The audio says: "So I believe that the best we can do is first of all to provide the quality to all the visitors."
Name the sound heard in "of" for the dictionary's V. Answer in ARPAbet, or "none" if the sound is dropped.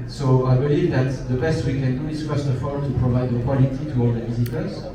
F